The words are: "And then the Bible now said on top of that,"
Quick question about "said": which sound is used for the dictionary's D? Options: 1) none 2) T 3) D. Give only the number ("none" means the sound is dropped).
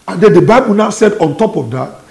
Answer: 3